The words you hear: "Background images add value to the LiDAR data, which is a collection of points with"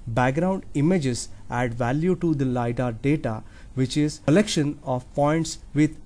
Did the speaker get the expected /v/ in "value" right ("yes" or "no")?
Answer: yes